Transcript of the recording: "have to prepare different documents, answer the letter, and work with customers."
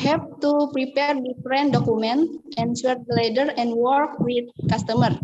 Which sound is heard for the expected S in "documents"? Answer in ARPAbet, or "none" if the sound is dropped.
none